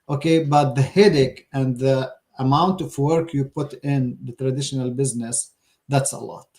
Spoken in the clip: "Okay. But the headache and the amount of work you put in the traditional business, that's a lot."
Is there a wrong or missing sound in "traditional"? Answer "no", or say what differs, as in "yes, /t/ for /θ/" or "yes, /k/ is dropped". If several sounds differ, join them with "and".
no